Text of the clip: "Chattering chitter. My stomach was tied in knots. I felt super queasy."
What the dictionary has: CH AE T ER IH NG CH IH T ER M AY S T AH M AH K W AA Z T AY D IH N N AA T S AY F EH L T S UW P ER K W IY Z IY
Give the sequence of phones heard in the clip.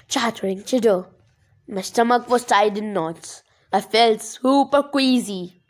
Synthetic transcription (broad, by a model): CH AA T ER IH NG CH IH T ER M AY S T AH M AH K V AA S T AY D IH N N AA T AY F EH L T S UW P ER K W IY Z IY